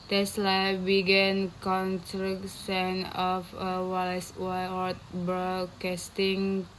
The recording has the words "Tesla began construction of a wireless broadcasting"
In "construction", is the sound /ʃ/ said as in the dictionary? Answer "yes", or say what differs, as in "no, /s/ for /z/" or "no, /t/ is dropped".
no, /s/ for /ʃ/